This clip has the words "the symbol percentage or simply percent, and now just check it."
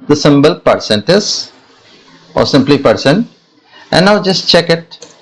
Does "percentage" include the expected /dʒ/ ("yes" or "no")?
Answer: no